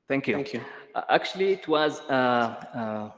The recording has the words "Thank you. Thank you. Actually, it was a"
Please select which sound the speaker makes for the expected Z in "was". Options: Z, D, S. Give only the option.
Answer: Z